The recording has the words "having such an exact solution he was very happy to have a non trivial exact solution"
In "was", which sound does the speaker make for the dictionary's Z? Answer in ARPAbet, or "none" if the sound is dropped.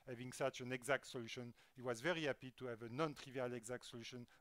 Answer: Z